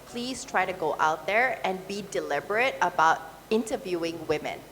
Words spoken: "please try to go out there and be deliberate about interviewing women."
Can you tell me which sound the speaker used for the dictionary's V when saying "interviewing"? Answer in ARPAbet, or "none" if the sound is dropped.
V